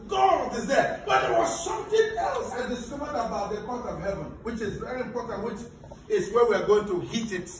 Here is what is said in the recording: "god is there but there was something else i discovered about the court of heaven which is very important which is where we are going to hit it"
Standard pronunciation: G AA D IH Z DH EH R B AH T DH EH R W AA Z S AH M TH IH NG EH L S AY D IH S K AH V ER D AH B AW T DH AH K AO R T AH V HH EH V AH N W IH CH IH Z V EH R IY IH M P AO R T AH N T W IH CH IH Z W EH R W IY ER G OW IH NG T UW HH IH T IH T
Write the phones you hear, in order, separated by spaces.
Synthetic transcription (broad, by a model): G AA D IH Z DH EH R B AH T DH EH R W AA Z S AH M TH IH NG EH L S AY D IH S K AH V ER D AH B AW T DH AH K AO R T AH V HH EH V AH N W IH CH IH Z V EH R IY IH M P AO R T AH N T W IH CH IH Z W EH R W IY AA G OW IH NG T UW HH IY T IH T